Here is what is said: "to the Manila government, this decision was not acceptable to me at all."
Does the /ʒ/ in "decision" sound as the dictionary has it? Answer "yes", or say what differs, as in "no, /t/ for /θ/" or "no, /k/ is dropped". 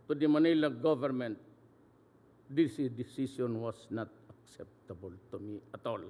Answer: no, /s/ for /ʒ/